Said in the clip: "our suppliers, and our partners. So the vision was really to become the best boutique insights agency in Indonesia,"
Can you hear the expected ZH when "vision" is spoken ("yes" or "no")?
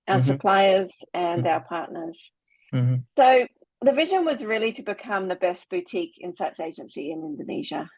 yes